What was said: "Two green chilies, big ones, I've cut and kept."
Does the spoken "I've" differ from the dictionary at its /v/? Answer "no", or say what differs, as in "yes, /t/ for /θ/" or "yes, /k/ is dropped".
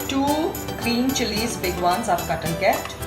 yes, /p/ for /v/